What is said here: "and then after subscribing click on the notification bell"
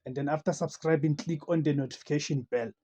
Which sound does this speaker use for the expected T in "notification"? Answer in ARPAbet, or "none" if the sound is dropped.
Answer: T